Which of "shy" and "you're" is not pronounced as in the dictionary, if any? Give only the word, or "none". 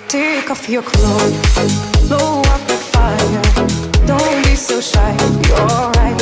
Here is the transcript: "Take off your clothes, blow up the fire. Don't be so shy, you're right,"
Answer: you're